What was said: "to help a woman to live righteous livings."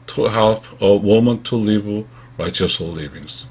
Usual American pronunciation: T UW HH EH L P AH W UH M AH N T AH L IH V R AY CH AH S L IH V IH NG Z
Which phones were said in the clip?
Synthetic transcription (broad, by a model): T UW HH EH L F AH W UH M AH N T AH L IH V R AY CH AH S L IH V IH NG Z